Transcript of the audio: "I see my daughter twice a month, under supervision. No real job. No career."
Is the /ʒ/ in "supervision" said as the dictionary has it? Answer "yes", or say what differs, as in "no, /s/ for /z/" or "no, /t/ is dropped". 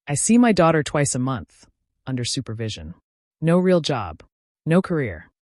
yes